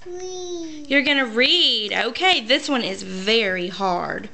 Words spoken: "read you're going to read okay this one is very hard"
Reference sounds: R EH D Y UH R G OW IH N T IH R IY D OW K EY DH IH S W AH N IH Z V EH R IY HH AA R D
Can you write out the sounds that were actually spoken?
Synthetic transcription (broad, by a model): Y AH R G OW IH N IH R IY D OW K EY DH IH S W AH N IH Z V EH R IY HH AA R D